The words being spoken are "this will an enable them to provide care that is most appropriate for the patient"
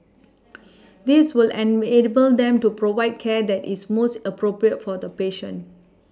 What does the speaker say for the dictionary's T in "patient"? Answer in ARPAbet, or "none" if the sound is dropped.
none